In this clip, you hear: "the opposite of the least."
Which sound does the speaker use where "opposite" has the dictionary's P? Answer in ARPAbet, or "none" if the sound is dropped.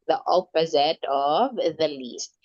P